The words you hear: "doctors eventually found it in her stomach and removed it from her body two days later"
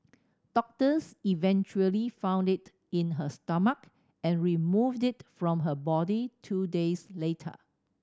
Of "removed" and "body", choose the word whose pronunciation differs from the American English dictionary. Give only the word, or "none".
none